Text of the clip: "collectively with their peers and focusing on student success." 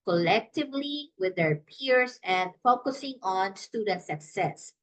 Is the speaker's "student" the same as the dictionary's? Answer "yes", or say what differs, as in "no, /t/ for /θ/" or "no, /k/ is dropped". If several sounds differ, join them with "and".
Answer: yes